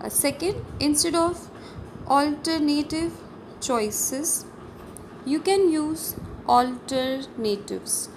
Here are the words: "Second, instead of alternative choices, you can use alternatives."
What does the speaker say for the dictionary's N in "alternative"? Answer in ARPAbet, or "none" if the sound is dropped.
N